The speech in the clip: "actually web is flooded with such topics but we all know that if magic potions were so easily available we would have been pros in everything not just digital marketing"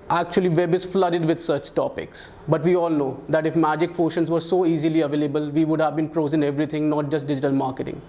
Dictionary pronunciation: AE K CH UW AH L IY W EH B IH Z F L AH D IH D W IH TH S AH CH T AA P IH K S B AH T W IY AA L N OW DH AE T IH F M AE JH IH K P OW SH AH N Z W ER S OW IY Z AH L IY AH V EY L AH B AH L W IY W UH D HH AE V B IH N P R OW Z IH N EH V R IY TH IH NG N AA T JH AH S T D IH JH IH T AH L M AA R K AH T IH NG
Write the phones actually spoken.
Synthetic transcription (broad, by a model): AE K CH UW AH L IY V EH B IH Z F L AH D IH D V IH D S AH CH T AA P IH K S B AH T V IY AA L N OW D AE T IH F M AE JH IH K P OW SH AH N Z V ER S OW IY Z AH L IY AH V EY L AH B AH L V IY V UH D HH AE V B IH N P R OW Z IH N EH V R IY T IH NG N AA T JH AH S T D IH JH IH T AH L M AA R K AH T IH NG